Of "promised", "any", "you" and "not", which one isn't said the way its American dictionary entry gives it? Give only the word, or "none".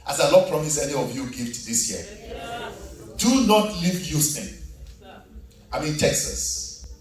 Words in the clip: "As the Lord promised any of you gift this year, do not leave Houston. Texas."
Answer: promised